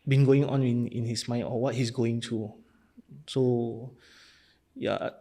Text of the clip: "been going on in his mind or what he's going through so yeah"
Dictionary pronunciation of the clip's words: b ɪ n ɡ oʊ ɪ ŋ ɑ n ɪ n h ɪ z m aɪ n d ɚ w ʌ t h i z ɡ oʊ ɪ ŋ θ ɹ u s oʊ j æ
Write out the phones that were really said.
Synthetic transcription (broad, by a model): b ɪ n ɡ oʊ ɪ ŋ ɑ n ɪ n h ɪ s m aɪ n ɔ w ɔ t h i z ɡ oʊ ɪ ŋ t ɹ u s oʊ j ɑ